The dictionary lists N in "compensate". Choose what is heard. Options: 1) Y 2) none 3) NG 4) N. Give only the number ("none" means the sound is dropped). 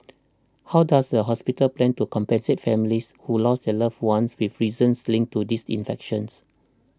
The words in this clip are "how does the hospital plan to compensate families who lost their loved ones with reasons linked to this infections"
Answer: 4